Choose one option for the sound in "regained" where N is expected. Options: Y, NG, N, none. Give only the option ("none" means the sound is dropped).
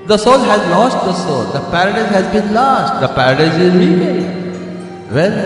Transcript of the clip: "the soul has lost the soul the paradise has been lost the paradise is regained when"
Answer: none